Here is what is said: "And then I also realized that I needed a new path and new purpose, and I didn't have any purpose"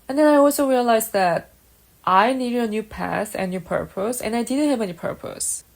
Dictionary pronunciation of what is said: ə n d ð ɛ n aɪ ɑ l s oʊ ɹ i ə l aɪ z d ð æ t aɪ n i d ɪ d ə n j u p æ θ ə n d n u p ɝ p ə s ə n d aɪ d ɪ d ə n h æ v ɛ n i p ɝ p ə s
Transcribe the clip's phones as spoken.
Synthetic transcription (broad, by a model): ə n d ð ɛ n aɪ ɑ l s oʊ ɹ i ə l aɪ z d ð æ t aɪ n i d ɪ d ə n j u p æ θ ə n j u p ɝ p ə s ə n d aɪ d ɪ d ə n h æ v ɛ n i p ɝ p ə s